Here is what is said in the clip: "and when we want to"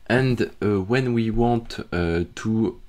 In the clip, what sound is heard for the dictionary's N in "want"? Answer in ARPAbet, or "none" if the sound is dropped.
none